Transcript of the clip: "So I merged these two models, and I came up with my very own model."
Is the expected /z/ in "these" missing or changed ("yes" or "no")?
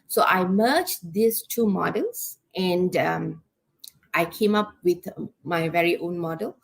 yes